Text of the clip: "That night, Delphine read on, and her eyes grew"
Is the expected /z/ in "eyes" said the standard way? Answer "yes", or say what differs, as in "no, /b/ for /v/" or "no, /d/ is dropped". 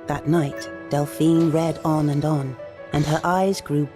yes